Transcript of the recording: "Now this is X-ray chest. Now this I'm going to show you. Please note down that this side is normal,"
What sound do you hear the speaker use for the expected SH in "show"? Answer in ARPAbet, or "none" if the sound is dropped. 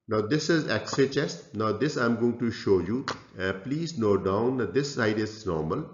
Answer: SH